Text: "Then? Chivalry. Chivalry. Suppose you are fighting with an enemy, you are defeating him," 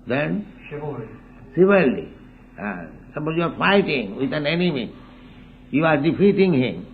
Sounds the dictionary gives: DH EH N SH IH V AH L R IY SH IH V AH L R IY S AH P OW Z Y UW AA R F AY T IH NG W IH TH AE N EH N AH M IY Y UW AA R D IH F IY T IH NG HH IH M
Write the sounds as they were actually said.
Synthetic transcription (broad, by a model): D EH N S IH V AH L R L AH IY S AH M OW Y UW AA R F AY T IH NG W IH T AE N EH N AH M IY Y UW AA R D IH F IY T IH NG HH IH M